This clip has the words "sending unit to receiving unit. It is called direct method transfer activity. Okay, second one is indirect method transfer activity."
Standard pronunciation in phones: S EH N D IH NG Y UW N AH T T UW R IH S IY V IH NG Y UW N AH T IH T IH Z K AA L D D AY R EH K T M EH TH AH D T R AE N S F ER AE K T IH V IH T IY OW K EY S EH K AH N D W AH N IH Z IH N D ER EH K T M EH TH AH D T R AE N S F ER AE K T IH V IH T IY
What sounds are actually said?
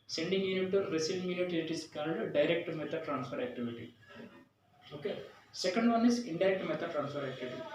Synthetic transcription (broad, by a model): S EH N D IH NG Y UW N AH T T UW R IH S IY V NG Y UW N AH T IH T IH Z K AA N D D AY R EH K T M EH T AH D T R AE N S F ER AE K T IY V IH T IY OW K EY S EH K AH N D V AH N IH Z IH N D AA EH K T M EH T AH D T R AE N S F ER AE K T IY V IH T IY